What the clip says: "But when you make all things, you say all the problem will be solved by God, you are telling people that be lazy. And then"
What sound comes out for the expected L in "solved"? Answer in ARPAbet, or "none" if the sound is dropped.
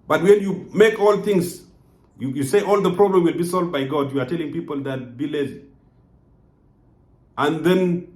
L